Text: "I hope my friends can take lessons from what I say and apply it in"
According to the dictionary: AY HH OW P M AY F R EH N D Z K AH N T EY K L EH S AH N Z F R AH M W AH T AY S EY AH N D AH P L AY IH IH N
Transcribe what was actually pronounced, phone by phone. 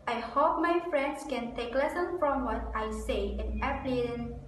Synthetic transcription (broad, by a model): AY HH OW P M AY F R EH N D S K AH N T EY K L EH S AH N F R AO M W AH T AY S EY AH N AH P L IH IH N